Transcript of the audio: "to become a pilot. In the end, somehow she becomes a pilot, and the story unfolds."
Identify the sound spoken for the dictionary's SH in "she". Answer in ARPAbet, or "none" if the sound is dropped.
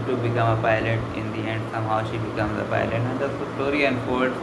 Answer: SH